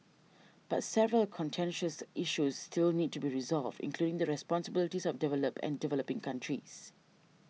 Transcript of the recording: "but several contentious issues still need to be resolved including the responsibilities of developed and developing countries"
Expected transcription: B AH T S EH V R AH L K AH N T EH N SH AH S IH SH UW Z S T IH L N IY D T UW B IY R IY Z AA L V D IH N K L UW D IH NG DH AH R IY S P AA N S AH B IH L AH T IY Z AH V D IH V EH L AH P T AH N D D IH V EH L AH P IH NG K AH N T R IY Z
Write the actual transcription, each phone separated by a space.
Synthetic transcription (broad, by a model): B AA T S EH V R AH L K AH N T EH N SH AH S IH SH UW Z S T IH L N IY D T UW B IY R IY Z AA L V D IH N K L UW D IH NG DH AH R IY S P AA N S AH B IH L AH T IY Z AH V D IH V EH L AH P AH N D D IH V EH L AH P IH NG K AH N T R IY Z